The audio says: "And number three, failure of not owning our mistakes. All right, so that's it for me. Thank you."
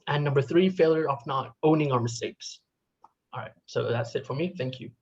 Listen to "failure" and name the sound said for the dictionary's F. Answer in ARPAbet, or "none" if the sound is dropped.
F